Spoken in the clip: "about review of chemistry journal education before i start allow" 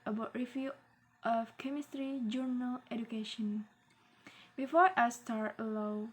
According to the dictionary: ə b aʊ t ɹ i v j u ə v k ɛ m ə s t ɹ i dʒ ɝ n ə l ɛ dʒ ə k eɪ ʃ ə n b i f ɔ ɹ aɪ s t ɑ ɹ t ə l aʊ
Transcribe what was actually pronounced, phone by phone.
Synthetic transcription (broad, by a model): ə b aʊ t ɹ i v j u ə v k ɛ m ə s t ɹ i dʒ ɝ n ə l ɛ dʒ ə k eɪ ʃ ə n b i f ɔ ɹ aɪ s t ɑ ɹ t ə l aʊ